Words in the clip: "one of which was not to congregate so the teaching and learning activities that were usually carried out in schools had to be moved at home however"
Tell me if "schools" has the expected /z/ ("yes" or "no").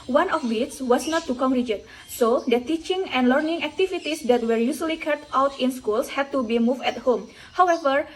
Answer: no